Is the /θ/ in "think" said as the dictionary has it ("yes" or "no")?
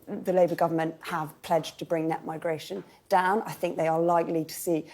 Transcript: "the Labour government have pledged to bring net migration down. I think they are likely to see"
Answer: yes